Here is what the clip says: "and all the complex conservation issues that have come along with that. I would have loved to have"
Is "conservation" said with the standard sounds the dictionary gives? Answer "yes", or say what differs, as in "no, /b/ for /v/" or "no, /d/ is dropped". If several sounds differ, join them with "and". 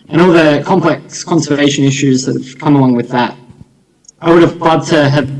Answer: no, /v/ is dropped